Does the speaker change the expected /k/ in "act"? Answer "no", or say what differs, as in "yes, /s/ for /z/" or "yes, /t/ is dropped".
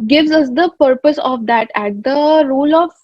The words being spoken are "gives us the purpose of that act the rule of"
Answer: yes, /k/ is dropped